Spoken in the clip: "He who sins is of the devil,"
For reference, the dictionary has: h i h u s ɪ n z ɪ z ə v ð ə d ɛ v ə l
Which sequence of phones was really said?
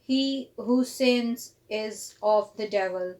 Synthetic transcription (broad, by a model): h i h u s ɪ n z ɪ z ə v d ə d ɛ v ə l